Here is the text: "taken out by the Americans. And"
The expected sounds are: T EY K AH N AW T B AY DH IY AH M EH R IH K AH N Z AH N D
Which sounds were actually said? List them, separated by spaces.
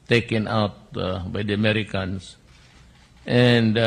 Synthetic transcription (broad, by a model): T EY K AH N AW T B AY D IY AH M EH R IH K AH N S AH N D